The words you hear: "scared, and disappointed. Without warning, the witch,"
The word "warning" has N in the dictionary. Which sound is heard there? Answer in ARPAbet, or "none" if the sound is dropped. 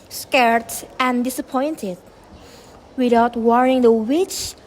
none